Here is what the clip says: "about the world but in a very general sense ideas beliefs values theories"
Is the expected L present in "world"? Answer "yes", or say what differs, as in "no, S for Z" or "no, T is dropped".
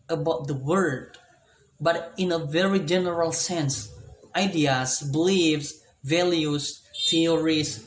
no, L is dropped